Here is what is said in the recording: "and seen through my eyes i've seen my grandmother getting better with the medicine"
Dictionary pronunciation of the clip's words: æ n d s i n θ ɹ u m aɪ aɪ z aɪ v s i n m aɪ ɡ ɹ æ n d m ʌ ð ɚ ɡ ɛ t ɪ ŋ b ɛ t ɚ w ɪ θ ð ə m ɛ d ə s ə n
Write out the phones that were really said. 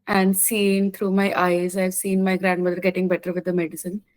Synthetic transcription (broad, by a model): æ n d s i n t ɹ u m aɪ aɪ z aɪ v s i n m aɪ ɡ ɹ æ n d m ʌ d ɚ ɡ ɛ t ɪ ŋ b ɛ t ɚ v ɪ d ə m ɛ d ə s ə n